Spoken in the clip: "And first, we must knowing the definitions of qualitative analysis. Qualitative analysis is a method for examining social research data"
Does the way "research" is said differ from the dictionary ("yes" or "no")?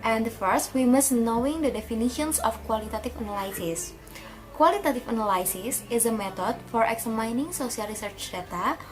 no